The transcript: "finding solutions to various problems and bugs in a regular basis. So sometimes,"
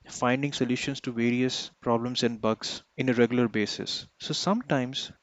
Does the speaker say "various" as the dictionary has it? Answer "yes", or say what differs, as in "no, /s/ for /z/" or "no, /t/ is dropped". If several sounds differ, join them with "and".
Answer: yes